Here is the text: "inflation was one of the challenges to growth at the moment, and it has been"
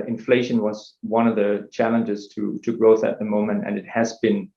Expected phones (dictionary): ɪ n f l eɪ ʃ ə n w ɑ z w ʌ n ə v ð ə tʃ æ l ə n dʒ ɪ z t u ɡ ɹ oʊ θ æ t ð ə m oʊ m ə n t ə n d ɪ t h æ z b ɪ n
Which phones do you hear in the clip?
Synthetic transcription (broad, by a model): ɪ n f l eɪ ʃ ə n w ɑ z w ʌ n ə v ð ə tʃ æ l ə n dʒ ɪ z t u ɡ ɹ oʊ θ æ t ð ə m oʊ m ə n t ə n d ɪ t h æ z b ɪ n